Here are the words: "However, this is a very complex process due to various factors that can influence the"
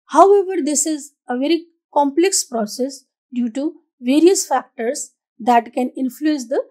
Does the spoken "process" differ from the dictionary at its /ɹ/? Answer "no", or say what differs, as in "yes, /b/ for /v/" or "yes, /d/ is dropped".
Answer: no